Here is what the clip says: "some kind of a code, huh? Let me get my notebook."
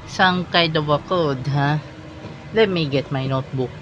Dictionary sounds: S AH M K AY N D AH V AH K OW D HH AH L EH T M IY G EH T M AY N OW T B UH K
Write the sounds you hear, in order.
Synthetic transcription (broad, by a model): S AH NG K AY D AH W AH K OW D HH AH L EH T M IY G EH T M AY N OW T B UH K